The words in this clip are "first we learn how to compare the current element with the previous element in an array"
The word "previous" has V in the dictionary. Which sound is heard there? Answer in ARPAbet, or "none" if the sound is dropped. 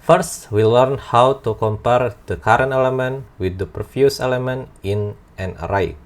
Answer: F